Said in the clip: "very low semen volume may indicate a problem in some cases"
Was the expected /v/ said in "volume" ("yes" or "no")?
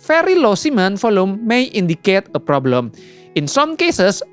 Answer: no